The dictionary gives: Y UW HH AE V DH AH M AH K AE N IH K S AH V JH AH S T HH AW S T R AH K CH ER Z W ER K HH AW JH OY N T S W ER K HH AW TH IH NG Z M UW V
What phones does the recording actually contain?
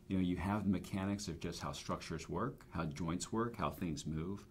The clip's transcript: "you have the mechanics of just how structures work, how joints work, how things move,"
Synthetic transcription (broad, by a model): Y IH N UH V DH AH M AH K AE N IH K S AH V JH AH S T HH AW S T R AH K CH ER Z W ER K HH AW JH OY N T S W ER K HH AW TH IH NG Z M UW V